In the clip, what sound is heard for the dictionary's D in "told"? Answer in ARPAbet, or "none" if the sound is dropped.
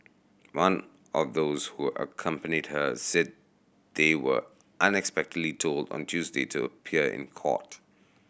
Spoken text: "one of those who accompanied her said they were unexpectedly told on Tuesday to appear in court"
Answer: D